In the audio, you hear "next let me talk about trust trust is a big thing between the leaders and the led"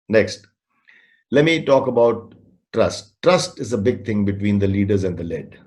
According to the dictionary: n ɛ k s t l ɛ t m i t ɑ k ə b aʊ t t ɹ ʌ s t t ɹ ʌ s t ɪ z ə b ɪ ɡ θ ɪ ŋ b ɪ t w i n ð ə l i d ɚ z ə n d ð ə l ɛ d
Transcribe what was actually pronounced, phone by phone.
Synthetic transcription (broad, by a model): n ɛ k s t l ɛ t m i t ɑ k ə b aʊ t t ɹ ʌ s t t ɹ ʌ s t ɪ z ə b ɪ ɡ t ɪ ŋ b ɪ t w i n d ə l i d ɚ z ə n d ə l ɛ d